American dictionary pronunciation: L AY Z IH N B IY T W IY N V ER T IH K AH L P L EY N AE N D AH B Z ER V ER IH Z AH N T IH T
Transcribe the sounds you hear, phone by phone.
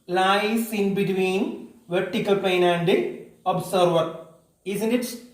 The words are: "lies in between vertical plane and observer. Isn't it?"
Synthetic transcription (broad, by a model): L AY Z IH N B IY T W IY N V ER T IH K AH L P EY N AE N D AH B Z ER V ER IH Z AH N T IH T